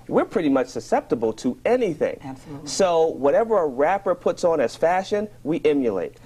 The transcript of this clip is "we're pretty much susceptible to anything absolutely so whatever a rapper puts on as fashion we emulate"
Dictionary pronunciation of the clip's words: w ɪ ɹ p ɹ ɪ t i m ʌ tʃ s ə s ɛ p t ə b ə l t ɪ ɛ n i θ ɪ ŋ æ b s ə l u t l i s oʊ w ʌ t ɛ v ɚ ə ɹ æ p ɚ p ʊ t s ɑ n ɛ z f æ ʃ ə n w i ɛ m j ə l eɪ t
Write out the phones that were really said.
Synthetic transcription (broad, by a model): w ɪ ɹ p ɹ ɪ t i m ʌ tʃ s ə s ɛ p t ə b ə l t ɪ ɛ n i θ ɪ ŋ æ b s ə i w ʌ t ɛ v ɚ ə ɹ æ p ɚ p ʊ t s n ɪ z f æ ʃ ə n w i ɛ m j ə l eɪ t